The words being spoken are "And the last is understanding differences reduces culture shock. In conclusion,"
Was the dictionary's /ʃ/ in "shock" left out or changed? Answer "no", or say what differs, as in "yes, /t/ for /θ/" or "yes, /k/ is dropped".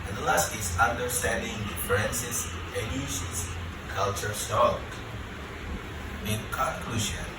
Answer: yes, /s/ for /ʃ/